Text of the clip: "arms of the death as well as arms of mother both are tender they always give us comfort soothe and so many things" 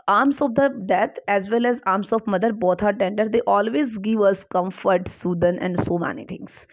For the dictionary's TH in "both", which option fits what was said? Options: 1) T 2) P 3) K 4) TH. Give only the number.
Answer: 1